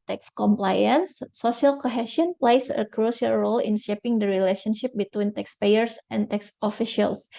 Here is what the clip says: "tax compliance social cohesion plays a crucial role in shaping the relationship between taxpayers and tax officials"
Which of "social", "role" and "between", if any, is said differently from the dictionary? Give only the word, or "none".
social